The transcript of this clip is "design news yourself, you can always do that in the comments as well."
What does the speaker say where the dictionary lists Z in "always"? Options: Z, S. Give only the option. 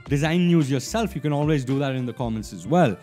Z